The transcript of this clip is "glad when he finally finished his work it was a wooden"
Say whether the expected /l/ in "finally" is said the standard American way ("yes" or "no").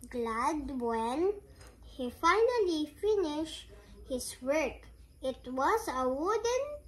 yes